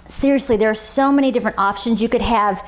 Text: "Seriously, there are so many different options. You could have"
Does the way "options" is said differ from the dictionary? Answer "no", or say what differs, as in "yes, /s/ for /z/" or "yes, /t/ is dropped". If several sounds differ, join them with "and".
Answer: no